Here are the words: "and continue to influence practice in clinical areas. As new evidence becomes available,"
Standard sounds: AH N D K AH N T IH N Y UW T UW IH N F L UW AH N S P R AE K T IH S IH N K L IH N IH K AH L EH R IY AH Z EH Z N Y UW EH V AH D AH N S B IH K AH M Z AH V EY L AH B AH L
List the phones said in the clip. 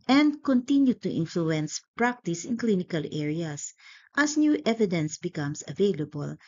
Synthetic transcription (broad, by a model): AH N D K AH N T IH N Y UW T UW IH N F L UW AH N S P R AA K T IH S IH N K L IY N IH K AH L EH R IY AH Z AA S N Y UW EH V AH D AH N S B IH K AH M S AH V EY L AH B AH L